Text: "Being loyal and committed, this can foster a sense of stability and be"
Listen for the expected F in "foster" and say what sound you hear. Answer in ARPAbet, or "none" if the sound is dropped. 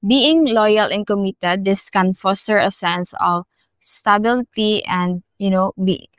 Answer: F